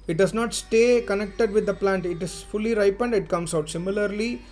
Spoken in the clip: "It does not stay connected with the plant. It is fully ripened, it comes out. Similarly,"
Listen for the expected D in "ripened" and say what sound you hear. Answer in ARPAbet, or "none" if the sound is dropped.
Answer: D